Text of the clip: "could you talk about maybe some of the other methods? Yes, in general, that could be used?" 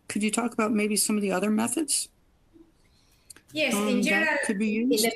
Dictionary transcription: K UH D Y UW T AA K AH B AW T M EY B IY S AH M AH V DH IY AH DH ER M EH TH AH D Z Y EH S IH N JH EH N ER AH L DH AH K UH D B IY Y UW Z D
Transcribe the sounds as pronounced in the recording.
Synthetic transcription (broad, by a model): K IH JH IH T AA K AH B AW T M EY B IY S AH M AH V DH IY AH DH ER M EH TH AH D Z Y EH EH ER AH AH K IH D B IY Y UW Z